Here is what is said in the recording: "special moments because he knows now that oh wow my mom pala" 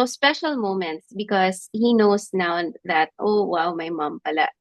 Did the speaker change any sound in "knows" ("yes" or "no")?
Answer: yes